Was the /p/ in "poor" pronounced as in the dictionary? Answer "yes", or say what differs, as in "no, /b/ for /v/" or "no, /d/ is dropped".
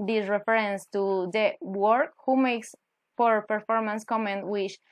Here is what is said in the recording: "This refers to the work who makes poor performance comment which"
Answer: no, /f/ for /p/